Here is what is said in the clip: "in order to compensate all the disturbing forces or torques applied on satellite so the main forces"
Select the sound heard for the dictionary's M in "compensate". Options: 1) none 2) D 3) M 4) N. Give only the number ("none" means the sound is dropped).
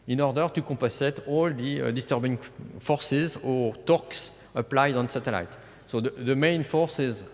1